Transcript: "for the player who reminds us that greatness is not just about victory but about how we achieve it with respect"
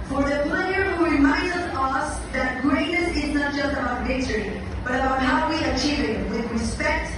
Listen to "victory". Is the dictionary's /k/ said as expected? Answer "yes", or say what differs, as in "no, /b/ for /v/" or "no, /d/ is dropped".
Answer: no, /k/ is dropped